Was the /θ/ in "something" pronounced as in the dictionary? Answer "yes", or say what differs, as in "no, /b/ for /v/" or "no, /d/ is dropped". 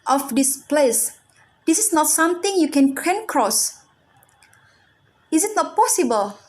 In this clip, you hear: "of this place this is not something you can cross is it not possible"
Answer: no, /t/ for /θ/